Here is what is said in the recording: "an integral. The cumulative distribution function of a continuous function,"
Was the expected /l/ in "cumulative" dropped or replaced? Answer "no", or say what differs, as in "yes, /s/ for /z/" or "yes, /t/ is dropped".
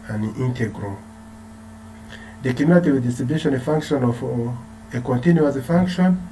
yes, /n/ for /l/